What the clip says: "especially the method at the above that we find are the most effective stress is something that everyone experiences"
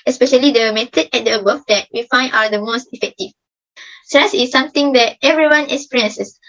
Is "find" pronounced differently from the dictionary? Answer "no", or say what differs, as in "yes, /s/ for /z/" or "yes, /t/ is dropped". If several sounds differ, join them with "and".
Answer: yes, /d/ is dropped